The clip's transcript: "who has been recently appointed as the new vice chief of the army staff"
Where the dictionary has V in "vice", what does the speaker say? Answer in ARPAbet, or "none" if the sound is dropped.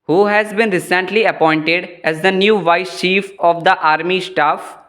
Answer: V